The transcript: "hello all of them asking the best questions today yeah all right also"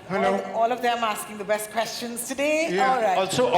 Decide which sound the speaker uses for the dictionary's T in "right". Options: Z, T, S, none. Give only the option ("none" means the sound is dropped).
none